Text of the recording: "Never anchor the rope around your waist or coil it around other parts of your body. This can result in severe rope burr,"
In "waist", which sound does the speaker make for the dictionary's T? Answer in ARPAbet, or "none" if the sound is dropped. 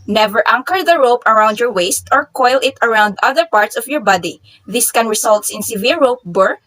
T